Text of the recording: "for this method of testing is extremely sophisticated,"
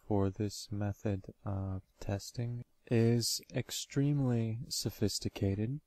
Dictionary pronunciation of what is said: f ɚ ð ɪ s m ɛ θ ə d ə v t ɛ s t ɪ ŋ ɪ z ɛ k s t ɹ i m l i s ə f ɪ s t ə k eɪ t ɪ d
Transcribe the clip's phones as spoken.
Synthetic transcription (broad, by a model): f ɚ ð ɪ s m ɛ θ ə d ə v t ɛ s t ɪ ŋ ɪ z ɛ k s t ɹ i m l i s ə f ɪ s t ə k eɪ t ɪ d